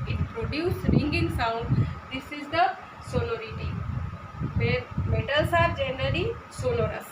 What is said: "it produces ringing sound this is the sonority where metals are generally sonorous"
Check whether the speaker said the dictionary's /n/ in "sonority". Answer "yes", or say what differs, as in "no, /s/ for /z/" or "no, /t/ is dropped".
no, /l/ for /n/